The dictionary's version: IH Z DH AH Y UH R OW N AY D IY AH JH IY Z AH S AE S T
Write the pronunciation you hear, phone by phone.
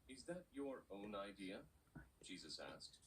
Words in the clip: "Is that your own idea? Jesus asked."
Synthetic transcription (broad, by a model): IH Z DH AH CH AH R OW N AY D IY AH JH IY Z AH S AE S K